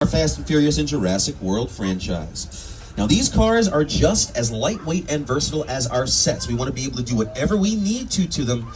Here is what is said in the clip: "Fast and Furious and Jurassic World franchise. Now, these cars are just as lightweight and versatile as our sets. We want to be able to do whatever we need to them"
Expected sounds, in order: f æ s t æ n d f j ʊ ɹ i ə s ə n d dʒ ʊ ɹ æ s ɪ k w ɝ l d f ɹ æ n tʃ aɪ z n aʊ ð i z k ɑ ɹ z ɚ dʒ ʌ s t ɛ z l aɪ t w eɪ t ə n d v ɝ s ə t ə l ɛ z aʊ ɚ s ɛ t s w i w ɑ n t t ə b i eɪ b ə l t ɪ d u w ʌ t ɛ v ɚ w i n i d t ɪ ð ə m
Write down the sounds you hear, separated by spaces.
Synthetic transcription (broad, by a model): f æ s t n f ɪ ɹ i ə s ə n dʒ ʊ ɹ æ s ɪ k w ɝ l d f ɹ æ n tʃ aɪ z n aʊ ð i z k ɑ ɹ z ɚ dʒ ʌ s t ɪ z l aɪ t w eɪ t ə n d v ɝ s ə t l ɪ z aʊ ɚ s ɛ t s w i w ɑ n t t ə b i eɪ b l t ɪ d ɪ w ʌ t ɛ v ɚ w i n i d t ɪ ð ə m